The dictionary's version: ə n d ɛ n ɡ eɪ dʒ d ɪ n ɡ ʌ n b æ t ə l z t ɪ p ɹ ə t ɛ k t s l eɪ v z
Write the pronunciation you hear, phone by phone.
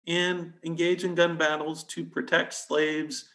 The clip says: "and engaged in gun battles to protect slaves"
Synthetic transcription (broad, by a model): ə n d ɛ n ɡ eɪ dʒ ɪ n ɡ ʌ n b æ t l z t ɪ p ɹ ə t ɛ k t s l eɪ v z